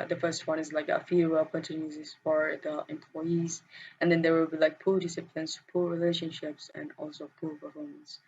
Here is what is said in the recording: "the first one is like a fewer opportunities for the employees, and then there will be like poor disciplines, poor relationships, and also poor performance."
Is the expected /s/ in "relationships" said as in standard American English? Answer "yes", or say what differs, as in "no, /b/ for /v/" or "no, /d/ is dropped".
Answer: yes